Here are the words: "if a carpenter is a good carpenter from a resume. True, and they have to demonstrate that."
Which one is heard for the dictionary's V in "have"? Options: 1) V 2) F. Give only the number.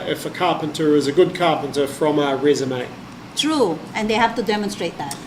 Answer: 2